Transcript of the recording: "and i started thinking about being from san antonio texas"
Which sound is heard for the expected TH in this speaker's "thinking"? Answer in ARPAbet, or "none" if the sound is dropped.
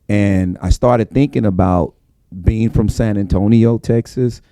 TH